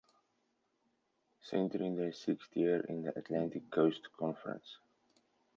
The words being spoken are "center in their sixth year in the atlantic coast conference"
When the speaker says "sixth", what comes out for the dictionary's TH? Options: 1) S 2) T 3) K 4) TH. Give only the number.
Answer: 2